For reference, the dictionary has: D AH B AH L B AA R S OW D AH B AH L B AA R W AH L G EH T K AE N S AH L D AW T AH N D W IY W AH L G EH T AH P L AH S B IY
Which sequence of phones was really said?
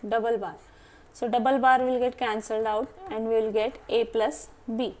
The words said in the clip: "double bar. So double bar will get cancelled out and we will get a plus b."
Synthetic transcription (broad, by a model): D AH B AH L B AA R S OW D AH B AH L B AA R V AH L G EH T K AE N S AH L D AW T AH N D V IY L G EH T AH P L AH S B IY